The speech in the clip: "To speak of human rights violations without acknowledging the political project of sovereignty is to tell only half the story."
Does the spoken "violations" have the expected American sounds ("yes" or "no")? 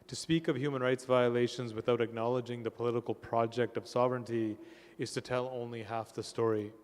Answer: yes